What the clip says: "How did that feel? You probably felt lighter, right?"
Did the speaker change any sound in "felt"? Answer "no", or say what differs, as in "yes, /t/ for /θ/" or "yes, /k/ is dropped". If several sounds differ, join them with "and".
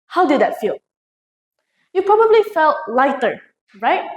no